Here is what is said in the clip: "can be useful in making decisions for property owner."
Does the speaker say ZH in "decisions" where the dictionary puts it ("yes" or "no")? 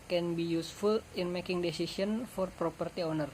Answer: no